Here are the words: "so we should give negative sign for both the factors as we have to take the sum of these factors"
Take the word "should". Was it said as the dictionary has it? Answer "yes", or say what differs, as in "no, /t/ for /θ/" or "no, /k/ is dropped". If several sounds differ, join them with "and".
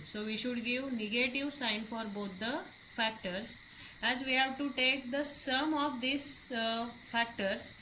yes